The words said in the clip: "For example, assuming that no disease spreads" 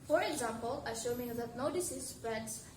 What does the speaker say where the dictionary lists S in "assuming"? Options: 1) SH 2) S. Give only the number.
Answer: 1